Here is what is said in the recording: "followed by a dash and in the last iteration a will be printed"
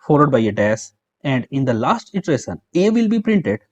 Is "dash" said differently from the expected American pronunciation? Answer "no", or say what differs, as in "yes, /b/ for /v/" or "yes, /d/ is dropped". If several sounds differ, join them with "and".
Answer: yes, /s/ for /ʃ/